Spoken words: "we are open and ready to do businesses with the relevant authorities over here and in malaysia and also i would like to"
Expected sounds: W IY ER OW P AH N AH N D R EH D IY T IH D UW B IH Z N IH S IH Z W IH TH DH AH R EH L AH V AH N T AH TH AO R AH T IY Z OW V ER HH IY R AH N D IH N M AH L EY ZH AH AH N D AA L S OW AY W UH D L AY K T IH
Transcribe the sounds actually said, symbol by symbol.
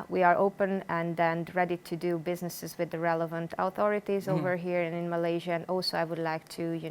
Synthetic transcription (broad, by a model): W IY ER OW P AH N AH N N R EH D IY T IH D UW B IH Z N IH S IH Z W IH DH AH R EH L AH V AH N T AH TH AO R AH T IY Z OW V ER HH IY R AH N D IH N M AH L EY ZH AH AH N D AA L S OW AY W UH D L AY K T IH